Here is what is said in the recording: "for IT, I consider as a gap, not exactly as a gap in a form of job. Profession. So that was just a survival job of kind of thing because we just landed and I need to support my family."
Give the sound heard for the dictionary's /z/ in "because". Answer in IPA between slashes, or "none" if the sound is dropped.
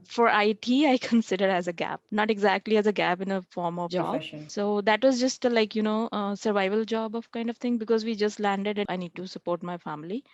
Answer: /z/